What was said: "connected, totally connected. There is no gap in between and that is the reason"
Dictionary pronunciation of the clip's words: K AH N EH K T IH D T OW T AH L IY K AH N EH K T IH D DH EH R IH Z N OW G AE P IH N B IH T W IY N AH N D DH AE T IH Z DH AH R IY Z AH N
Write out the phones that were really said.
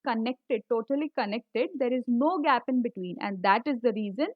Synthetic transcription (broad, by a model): K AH N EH K T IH D T OW T AH L IY K AH N EH K T IH D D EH R IH Z N OW G AE P IH N B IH T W IY N AH N D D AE T IH Z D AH R IY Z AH N